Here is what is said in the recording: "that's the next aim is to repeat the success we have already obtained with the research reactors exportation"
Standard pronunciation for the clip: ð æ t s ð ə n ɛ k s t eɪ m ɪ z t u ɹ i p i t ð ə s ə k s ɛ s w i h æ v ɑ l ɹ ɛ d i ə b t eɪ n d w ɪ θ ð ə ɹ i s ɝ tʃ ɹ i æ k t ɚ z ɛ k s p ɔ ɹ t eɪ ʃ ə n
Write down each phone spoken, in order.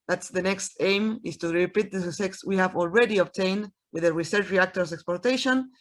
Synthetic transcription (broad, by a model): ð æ t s ð ə n ɛ k s t eɪ m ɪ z t u ɹ i p i t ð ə s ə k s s w i h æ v ɑ l ɹ ɛ d i ə b t eɪ n d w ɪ ð ə ɹ i s ɝ tʃ ɹ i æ k t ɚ s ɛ k s p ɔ ɹ t eɪ ʃ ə n